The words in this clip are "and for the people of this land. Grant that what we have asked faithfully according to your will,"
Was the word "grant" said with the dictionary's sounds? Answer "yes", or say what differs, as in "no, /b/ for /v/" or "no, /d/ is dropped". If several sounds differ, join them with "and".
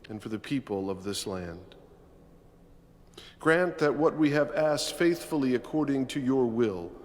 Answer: yes